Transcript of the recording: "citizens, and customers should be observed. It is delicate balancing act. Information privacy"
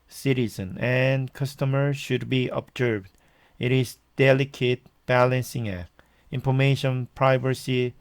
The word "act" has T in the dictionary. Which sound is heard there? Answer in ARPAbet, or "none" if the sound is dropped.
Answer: none